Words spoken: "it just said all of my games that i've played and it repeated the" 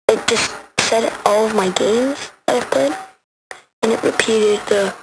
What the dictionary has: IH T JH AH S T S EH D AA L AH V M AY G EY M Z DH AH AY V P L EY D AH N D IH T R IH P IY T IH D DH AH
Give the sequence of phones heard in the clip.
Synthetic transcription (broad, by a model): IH T JH AH S T S EH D AA L AH V M AY G EY M Z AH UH P IH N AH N IH T R IH P IY T IH D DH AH